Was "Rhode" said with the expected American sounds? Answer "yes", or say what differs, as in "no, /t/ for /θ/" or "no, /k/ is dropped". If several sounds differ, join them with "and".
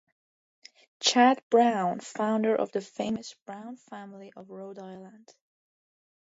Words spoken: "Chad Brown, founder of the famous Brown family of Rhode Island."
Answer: yes